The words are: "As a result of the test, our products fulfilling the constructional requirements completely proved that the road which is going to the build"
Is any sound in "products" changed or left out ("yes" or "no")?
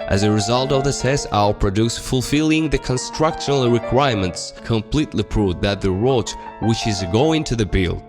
yes